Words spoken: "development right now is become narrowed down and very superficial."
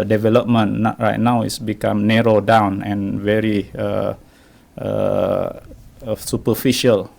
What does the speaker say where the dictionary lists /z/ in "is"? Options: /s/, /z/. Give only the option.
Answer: /s/